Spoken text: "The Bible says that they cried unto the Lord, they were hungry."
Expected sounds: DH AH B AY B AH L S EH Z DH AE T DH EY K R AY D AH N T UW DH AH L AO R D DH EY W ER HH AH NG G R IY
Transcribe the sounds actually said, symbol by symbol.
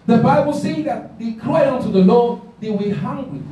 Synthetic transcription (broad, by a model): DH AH B AY B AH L S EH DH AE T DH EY K L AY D AH N T UW DH AH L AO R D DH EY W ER HH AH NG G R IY